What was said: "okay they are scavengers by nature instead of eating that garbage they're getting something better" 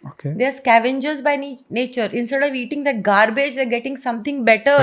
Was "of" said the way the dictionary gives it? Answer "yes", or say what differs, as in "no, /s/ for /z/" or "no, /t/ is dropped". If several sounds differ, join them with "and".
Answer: yes